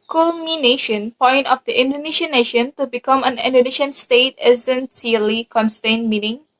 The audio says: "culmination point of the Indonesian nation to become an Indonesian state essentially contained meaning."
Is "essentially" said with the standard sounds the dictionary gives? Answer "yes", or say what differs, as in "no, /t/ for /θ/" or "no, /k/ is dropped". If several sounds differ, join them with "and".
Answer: no, /s/ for /ʃ/